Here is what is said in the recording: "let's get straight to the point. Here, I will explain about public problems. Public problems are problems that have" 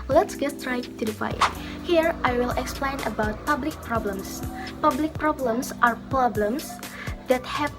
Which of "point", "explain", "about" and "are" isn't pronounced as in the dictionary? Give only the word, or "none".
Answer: point